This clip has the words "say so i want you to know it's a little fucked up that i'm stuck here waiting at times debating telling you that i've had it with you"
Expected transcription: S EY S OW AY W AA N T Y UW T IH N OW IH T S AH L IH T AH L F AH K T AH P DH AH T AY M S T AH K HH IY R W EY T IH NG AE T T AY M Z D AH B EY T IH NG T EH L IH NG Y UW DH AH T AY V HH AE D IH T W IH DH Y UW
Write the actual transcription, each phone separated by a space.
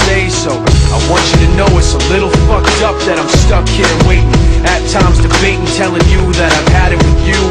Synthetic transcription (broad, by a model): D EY S OW AY W AA N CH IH T IH N OW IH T S AH L IH T L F AH K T AH P DH AH T AY M S T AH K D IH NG W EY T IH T T AY M Z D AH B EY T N T EH L IH NG Y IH DH AH T AY V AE D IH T W IH DH Y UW